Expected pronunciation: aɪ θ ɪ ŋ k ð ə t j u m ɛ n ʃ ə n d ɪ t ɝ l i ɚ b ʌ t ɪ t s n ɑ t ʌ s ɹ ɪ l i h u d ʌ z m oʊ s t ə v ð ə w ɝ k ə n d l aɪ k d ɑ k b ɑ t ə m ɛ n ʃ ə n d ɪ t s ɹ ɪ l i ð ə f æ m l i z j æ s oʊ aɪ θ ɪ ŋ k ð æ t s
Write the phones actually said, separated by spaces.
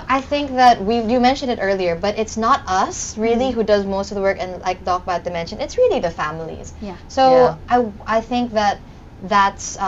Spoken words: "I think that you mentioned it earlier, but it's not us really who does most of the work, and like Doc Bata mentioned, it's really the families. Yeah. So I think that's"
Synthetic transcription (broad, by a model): aɪ θ ɪ ŋ k ð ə t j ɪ m ɛ n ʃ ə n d ɪ t ɝ l i ɚ b ʌ t ɪ t s n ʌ t ʌ s ɹ ɪ l i h u d ʌ z m oʊ s t ə v ð ə w ɝ k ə n l aɪ k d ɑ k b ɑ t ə m ɛ n ʃ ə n ɪ t s ɹ ɪ l i ð ə f æ m l i z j s oʊ aɪ θ ɪ ŋ k ð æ t s